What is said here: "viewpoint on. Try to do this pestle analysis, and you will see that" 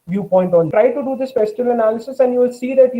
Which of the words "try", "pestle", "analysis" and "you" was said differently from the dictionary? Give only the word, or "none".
pestle